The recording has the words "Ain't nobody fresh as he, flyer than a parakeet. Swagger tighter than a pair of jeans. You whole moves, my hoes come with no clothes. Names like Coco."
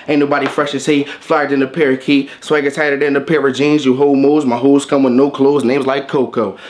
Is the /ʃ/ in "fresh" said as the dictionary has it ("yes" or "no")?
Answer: yes